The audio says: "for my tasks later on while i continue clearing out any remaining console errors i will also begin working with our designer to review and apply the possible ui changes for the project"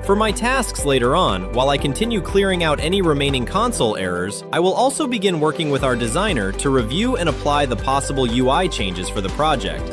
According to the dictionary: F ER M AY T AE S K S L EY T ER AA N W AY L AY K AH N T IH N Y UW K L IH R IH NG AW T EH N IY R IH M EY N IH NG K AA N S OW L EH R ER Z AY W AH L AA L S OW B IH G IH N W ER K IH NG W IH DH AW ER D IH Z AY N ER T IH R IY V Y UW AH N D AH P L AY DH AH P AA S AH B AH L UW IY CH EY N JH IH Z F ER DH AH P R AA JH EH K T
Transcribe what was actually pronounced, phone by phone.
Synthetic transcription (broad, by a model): F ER M AY T AE S K S L EY T ER AA N W AY L AY K AH N T IH N Y UW K L IH R IH NG AW T EH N IY R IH M EY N IH NG K AA N S OW L EH R ER Z AY W AH L AA L S OW B IH G IH N W ER K IH NG W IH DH AW ER D IH Z AY N ER T IH R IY V Y UW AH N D AH P L AY DH AH P AA S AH B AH L UW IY CH EY N JH IH Z F ER DH AH P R AA JH EH K T